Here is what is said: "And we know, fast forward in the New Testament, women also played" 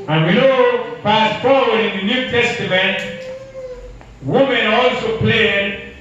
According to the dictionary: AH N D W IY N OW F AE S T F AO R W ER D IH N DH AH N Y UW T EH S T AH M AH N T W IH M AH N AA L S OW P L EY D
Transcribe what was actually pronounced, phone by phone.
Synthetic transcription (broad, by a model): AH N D W IY N OW P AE S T F AO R W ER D IH N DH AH N Y UW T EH S T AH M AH N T W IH M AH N AA L S OW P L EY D